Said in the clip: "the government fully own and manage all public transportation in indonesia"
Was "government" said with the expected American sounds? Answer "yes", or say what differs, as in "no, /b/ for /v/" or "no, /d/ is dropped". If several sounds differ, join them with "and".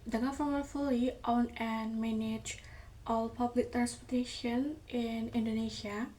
no, /f/ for /v/